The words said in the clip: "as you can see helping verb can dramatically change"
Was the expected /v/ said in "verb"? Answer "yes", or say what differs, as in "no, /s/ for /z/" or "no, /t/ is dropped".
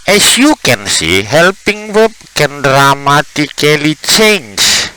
no, /w/ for /v/